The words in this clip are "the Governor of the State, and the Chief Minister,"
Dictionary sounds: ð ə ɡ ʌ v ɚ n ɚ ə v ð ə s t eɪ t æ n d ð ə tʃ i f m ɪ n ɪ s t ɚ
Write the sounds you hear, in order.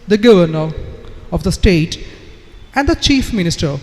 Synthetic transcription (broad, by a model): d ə ɡ ʌ v ɚ n ɚ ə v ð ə s t eɪ t æ n d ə tʃ i f m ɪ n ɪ s t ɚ